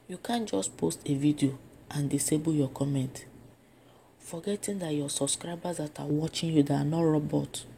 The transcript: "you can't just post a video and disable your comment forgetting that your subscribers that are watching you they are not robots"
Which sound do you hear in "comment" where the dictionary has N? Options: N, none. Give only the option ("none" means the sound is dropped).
N